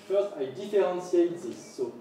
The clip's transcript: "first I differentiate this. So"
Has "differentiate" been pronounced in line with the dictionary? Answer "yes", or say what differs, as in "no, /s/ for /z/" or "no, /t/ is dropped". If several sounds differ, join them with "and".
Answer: no, /s/ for /ʃ/